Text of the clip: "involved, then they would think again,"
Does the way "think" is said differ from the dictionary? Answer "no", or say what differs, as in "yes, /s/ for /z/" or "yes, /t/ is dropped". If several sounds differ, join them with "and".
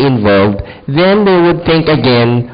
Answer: no